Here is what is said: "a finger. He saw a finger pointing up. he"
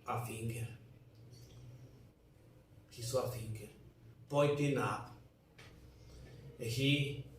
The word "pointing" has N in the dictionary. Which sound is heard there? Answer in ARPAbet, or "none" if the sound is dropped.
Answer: none